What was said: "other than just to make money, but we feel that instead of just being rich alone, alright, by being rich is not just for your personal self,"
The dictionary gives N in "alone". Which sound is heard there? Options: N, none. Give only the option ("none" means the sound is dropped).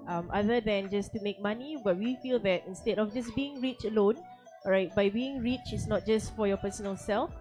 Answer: N